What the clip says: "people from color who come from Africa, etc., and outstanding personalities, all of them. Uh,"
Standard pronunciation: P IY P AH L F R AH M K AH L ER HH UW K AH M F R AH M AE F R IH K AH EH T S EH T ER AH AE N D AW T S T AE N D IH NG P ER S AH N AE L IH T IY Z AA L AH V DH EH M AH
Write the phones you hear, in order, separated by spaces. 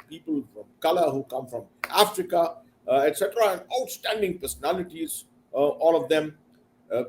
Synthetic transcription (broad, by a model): P IY P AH L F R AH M K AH L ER HH UW K AH M F R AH M AE F R IH K AH EH T S EH T ER AH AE N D AW T S T AE N D IH NG P ER S AH N AE L IH T IY Z AA L AH V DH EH M